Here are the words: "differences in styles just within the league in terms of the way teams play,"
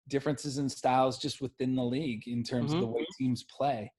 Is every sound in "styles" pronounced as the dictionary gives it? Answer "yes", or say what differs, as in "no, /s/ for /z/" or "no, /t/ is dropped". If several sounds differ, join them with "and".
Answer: yes